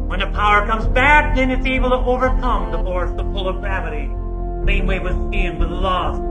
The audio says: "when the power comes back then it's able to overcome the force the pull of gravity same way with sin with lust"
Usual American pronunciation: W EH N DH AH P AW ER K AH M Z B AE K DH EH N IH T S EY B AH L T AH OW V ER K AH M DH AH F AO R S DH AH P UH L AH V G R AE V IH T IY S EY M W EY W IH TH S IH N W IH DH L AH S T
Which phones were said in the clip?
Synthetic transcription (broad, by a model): W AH N DH AH P AW ER K AH M Z B AE K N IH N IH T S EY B L T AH OW V ER K AH M DH AH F AO R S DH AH F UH L AH V G R AE V IH T IY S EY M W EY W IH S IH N W IH DH L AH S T